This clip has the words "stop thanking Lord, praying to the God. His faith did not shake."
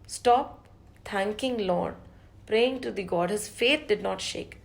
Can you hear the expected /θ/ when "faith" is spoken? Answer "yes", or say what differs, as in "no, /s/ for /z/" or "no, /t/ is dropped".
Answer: no, /t/ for /θ/